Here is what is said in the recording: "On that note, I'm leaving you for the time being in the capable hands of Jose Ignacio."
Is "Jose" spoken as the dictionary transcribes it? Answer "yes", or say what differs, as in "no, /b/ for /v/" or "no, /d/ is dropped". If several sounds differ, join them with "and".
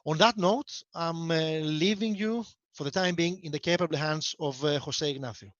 no, /s/ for /z/